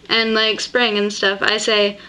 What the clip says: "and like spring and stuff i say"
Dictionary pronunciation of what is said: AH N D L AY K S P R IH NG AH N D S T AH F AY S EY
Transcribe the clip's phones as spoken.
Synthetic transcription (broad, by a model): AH N L AY K S P R IH NG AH N S T AH F AY S EY